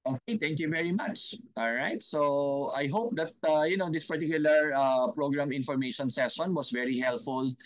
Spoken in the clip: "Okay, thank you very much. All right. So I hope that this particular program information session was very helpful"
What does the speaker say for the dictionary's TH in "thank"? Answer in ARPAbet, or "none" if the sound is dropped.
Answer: T